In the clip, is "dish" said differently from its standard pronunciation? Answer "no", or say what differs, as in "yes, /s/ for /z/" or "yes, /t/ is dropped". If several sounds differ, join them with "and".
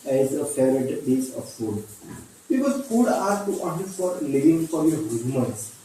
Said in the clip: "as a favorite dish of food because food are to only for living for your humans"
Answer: yes, /s/ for /ʃ/